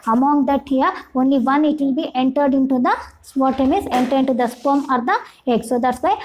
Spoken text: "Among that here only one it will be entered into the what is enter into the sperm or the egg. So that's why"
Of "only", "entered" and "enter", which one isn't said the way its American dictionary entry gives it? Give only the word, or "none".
none